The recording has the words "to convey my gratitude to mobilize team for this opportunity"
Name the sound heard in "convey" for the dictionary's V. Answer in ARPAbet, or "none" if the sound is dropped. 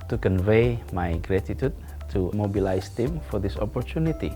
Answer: V